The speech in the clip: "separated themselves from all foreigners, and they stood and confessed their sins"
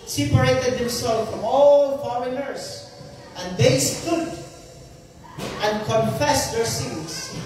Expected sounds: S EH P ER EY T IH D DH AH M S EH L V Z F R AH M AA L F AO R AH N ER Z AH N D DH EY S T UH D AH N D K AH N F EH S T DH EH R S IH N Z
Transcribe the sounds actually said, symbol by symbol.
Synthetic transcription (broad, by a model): S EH P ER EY T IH D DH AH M S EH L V F R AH M AA L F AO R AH L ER S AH N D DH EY S T UH D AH N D K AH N F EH S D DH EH R S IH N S